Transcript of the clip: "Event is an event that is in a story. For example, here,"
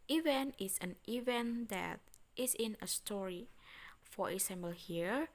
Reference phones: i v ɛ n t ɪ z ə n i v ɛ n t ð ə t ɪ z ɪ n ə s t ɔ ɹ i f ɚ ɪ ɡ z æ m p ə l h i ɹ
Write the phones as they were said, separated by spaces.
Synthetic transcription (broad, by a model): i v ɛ n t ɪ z ə n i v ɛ n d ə t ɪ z ɪ n ə s t ɔ ɹ i f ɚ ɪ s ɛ m b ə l h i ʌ